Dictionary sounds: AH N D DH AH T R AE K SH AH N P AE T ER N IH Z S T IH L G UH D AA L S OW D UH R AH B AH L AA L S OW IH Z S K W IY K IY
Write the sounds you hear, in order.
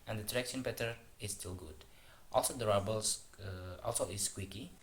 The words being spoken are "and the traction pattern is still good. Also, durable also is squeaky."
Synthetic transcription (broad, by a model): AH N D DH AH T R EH K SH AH N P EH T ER IH S T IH L G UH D AA L S OW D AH R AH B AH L AA L S OW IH S K W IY K IY